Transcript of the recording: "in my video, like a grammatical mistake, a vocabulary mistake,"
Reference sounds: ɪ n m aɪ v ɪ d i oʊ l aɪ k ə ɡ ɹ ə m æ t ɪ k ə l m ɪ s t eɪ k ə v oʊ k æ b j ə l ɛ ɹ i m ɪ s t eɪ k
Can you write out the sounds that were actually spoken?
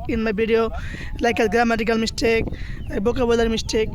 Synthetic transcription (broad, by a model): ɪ n m aɪ b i d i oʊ l aɪ k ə ɡ ɹ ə m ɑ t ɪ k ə l m ɪ s t eɪ k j b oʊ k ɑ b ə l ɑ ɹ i m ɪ s t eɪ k